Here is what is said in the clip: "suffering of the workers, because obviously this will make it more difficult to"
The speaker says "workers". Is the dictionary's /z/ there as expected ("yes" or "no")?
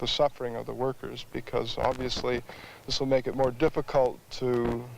yes